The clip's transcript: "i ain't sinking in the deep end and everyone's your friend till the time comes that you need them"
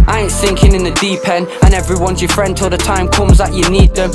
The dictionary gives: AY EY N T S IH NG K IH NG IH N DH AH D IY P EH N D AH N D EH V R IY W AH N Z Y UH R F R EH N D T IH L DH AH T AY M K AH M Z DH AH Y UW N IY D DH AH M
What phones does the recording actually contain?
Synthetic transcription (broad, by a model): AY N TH IH NG K IH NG IH N DH AH D IY P EH N AH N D EH V R IY W AH N Z Y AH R F R EH N D T IH L DH AH T AY M K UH M Z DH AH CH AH N IY D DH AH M